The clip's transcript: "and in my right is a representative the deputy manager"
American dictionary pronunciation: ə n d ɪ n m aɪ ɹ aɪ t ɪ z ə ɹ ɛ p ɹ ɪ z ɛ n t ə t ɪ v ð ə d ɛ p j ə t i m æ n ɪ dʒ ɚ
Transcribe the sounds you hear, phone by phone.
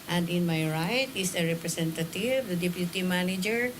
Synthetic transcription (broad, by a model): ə n d ɪ n m aɪ ɹ aɪ t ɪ s ə ɹ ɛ p ɹ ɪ s ɛ n t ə t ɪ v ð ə d ɛ p j ə t i m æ n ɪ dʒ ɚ